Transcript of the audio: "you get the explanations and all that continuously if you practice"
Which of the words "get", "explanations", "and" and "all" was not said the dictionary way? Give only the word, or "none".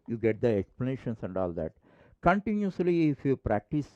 explanations